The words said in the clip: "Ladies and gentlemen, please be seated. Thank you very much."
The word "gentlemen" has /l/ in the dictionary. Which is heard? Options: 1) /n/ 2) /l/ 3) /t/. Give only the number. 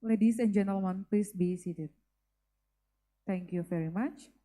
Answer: 2